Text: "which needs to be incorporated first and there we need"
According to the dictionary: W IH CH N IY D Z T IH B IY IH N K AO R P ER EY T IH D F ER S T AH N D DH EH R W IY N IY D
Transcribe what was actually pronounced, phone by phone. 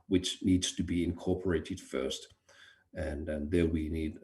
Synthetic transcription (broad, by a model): W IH CH N IY D Z T IH B IY IH N K AO R P ER EY T IH D F ER S T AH N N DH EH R W IY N IY D